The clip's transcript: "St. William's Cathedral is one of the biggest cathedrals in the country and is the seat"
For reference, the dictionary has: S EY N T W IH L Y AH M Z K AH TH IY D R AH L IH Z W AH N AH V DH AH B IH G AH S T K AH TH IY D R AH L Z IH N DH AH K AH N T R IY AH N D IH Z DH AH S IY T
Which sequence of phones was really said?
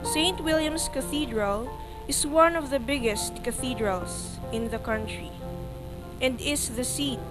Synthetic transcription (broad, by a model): S EY N T W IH L Y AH M S K AH TH IY D R AH L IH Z W AH N AH V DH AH B IH G AH S T K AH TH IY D R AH L S IH N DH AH K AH N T R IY AH N D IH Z DH AH S IY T